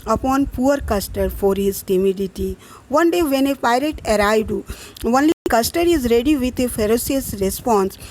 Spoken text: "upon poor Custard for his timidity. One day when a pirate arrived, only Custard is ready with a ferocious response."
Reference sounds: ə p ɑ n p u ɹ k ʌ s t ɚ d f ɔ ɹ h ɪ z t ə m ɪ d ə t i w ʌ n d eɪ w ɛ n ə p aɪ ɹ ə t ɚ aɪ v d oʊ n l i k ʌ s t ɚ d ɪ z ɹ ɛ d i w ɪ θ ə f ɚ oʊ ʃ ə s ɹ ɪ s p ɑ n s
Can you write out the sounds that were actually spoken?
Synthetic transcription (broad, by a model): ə p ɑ n p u ɹ k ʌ s t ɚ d f ɔ ɹ h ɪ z t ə m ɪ d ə t i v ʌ n d eɪ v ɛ n ə p aɪ ɹ ə t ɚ aɪ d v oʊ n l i k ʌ s t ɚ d ɪ z ɹ ɛ d i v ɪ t ə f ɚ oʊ s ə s ɹ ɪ s p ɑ n s